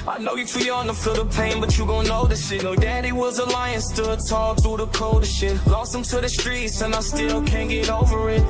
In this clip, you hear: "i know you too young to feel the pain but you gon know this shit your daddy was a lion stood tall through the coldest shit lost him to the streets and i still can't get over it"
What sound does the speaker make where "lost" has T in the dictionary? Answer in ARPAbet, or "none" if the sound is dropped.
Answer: none